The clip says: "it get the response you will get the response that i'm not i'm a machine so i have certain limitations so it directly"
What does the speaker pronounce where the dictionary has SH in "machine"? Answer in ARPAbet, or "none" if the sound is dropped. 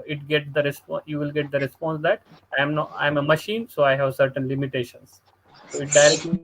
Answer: SH